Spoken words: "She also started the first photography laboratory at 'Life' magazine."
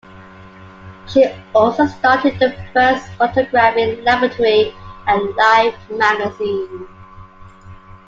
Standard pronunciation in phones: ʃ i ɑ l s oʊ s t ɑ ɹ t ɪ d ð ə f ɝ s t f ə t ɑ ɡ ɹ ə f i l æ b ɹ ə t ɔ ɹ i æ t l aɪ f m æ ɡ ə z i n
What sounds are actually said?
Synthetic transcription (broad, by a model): ʃ i ɑ l s oʊ s t ɑ t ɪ d ð ə f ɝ s t f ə t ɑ ɡ ɹ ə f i l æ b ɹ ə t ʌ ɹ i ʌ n l aɪ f m æ ɡ ə z i n